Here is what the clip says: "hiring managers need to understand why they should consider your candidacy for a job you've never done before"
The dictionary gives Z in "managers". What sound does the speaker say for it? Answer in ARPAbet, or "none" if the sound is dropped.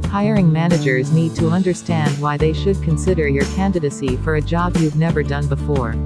Z